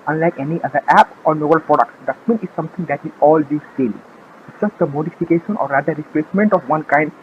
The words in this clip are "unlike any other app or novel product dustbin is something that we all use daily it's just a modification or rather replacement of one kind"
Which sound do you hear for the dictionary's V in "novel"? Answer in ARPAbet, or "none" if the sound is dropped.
B